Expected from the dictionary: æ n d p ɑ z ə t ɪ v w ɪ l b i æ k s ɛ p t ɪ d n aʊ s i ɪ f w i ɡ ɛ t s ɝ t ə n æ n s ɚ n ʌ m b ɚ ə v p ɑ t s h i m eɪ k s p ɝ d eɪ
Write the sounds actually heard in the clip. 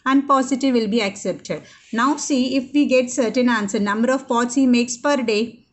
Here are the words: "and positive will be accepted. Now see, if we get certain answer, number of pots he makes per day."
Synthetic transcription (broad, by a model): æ n d p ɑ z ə t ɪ v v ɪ l b i æ k s ɛ p t ɪ d n aʊ s i ɪ f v i ɡ ɛ t s ɝ t ə n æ n s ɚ n ʌ m b ɚ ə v p ɑ t s h i m eɪ k s p ɝ d eɪ